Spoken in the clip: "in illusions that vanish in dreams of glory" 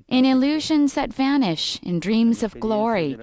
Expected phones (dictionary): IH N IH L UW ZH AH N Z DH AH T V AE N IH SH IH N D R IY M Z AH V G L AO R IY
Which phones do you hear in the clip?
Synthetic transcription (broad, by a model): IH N IH L UW ZH AH N Z DH AH T V AE N IH SH IH N D R IY M Z AH V G L AO R IY